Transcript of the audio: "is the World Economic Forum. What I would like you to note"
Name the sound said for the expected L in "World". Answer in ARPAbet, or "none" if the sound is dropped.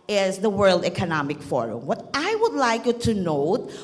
L